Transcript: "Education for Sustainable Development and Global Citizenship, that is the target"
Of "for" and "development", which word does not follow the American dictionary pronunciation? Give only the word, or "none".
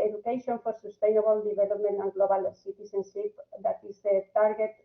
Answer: development